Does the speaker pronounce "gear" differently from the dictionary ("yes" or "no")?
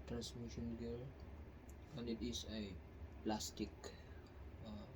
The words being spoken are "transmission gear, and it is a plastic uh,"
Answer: yes